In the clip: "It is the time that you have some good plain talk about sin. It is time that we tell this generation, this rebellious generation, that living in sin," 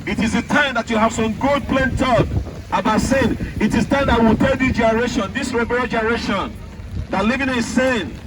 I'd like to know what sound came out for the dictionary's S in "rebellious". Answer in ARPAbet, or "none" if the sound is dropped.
none